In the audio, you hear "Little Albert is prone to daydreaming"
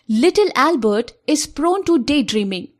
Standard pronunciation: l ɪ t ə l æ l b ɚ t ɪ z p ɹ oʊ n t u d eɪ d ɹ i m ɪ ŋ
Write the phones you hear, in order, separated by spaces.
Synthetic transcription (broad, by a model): l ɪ t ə l æ l b ɚ t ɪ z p ɹ oʊ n t u d eɪ d ɹ i m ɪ ŋ